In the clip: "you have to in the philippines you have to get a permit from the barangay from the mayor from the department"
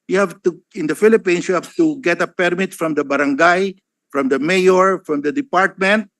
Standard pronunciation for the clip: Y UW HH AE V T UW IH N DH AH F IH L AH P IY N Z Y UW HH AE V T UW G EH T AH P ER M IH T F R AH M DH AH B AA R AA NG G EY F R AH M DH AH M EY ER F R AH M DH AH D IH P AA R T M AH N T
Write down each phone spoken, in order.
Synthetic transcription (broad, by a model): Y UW HH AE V T UW IH N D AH F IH L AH P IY N S Y UW HH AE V T UW G EH T AH P ER M IH T F R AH M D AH B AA R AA NG G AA F R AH M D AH M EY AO F R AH M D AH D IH P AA R T M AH N T